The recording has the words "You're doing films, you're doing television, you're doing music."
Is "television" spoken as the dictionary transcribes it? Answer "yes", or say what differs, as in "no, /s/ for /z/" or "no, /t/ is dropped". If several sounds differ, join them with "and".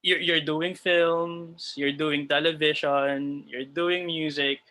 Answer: no, /ʃ/ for /ʒ/